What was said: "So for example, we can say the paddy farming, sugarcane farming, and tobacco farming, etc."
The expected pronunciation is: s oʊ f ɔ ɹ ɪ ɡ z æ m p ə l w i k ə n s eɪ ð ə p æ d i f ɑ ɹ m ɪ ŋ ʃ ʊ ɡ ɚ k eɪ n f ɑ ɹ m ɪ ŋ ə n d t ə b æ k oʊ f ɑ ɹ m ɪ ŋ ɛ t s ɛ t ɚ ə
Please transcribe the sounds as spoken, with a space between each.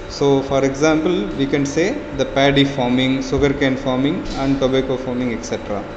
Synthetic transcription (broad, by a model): s oʊ f ɔ ɹ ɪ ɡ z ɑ m p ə l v i k ə n s eɪ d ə p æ d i f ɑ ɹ m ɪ ŋ s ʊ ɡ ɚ k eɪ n f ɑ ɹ m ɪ ŋ ə n d t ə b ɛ k oʊ f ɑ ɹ m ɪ ŋ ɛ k s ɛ t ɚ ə